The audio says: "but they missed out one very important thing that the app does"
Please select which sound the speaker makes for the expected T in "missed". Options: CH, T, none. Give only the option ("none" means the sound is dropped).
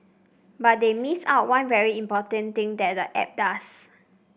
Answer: none